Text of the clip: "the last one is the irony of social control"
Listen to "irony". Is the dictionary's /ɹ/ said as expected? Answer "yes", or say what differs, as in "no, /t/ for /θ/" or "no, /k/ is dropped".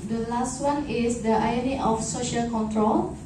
no, /ɹ/ is dropped